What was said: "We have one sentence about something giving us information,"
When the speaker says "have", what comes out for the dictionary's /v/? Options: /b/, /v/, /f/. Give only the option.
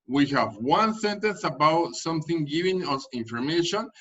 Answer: /v/